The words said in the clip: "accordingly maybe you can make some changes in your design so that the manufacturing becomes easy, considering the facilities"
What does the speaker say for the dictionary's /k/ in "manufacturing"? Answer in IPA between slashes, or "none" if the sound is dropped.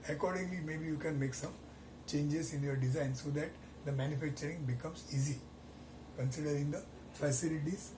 /k/